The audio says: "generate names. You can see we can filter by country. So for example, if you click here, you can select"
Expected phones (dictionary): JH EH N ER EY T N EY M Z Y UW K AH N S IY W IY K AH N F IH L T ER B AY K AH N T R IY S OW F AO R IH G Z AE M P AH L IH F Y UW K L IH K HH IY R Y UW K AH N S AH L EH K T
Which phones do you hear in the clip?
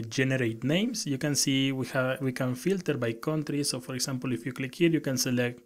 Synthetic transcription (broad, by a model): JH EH N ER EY T N EY M S Y UW K AH N S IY W IY K AH N F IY L T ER B AY K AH N T R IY S OW F AO R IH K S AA M P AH L IH F Y UW K L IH K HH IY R Y UW K AH N S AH L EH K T